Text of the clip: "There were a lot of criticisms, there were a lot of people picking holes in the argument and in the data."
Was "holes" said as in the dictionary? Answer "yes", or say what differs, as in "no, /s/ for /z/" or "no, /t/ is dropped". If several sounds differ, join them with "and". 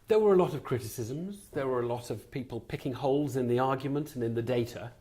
yes